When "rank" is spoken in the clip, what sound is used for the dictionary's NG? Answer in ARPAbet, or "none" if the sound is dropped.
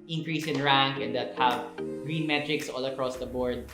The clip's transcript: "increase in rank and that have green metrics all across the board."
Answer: NG